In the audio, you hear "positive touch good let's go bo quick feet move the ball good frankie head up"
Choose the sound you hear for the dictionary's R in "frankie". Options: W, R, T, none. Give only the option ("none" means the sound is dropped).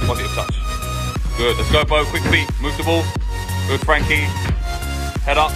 R